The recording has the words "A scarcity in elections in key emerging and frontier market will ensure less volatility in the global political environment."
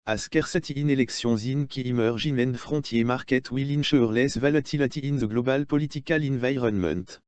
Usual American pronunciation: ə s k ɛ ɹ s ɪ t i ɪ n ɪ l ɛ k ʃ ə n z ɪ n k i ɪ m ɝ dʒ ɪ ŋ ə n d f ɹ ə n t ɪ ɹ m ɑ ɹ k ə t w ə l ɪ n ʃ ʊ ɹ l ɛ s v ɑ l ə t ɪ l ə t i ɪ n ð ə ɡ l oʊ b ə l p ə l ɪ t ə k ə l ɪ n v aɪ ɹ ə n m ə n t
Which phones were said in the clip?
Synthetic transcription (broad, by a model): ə s k ɛ ɹ s ɪ t i n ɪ l ɛ k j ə z ɪ n k i m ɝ ʒ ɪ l ə n d f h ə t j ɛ m ɑ ɹ k ə t w ə l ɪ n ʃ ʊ ɹ l ɛ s v ɑ l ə t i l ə t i ɪ n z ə ɡ l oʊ b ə l p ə l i t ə k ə l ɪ n v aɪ ɹ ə n m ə n t